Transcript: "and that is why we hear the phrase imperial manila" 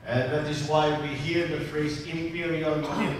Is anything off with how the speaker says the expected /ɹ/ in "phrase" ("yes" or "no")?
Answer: no